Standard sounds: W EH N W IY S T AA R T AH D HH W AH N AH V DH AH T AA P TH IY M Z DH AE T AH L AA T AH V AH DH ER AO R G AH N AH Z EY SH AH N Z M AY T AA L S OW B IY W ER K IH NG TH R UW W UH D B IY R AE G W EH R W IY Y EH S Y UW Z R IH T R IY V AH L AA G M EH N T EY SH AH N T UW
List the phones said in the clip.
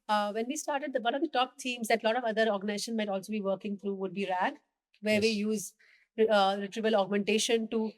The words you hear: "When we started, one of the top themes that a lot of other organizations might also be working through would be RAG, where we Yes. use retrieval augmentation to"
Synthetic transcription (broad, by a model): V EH N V IY S T AA R T AH D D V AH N AH V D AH T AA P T IY M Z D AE T L AA T AH V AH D ER AO R G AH N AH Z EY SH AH N M AY T AA L S OW B IY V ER K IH NG T R UW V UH D B IY R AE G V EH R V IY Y Y UW Z R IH T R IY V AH L AA G M EH N T EY SH AH N T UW